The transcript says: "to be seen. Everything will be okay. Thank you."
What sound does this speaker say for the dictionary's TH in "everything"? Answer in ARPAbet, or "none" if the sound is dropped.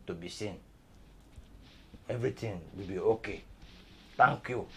T